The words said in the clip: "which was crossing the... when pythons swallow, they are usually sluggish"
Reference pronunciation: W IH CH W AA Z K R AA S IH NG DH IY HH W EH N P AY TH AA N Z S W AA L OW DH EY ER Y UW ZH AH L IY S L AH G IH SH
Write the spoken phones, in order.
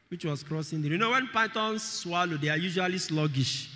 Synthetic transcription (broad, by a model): W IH CH W AA S K R AA S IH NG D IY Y W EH N P AY T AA N S W AA L OW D EY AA Y UW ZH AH L IY S L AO G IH SH